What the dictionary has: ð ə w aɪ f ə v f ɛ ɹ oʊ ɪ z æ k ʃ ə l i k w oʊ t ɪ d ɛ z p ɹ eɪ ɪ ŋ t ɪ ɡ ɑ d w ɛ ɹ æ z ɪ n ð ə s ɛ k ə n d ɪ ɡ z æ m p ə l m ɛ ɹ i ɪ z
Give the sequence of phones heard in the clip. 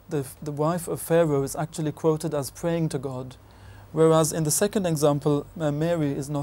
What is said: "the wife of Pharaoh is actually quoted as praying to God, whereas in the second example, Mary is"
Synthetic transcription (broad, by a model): ð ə w aɪ f ə v f ɛ ɹ oʊ ɪ z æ k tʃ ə l i k w oʊ t ɪ d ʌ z p ɹ eɪ ɪ ŋ t ɪ ɡ ɑ d w ɛ ɹ æ z ɪ n ð ə s ɛ k ə n d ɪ ɡ z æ m p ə l m ɛ ɹ i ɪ z